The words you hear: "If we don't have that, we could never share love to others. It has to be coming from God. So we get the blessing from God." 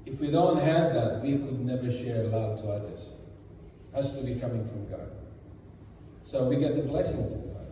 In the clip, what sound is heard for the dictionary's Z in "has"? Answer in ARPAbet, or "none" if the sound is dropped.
S